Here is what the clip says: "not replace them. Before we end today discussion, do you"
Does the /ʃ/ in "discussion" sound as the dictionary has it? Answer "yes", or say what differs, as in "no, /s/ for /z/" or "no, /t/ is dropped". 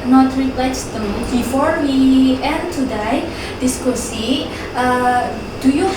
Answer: no, /s/ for /ʃ/